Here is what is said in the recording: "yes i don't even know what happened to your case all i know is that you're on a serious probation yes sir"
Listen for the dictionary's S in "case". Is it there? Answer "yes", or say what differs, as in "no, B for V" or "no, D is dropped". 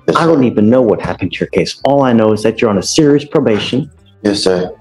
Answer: yes